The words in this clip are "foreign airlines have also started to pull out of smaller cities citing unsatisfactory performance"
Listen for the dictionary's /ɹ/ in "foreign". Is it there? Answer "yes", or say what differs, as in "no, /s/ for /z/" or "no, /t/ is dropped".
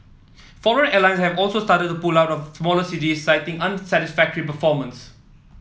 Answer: no, /l/ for /ɹ/